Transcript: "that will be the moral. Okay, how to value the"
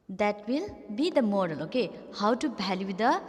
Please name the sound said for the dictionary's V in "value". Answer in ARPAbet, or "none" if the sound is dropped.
B